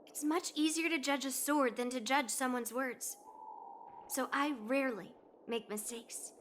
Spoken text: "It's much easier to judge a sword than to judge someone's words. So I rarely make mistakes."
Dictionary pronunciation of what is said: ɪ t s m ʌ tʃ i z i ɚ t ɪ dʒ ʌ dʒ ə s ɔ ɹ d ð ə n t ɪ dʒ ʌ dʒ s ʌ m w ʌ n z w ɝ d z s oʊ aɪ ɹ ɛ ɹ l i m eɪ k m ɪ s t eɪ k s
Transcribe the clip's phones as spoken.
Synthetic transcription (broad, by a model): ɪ t s m ʌ tʃ i z i ɚ t ɪ dʒ ʌ dʒ ə s ɔ ɹ d ð ə n t ɪ dʒ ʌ ʒ s ʌ m w ʌ n z w ɝ d z s oʊ aɪ ɹ ɛ ɹ l i m eɪ k m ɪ s t eɪ k s